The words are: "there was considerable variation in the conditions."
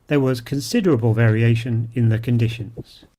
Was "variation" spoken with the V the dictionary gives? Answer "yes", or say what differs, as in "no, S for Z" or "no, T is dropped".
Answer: yes